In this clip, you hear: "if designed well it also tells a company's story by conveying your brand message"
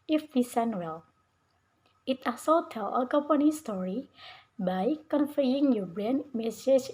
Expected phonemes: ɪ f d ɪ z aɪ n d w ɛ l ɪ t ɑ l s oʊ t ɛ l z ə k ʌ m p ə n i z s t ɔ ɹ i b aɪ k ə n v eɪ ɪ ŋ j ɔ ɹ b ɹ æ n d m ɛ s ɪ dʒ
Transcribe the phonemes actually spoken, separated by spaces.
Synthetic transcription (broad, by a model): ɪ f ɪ s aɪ n w ɛ l ɪ t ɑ s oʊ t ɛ l ə k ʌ m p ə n i s t ɔ ɹ i b aɪ k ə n f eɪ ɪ ŋ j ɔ b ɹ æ n m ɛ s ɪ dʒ